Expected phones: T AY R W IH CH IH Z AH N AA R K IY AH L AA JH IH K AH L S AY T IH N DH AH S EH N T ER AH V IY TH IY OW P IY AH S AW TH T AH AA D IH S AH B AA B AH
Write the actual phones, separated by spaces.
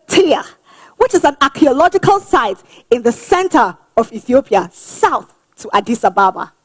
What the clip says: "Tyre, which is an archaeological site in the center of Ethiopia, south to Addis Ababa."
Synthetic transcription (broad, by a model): T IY W IH CH IH Z AH N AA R K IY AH L AA JH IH K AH L S AY T IH N DH AH S EH N T ER AH V IY TH IY OW P IY AH S AW TH T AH AA D IH S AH B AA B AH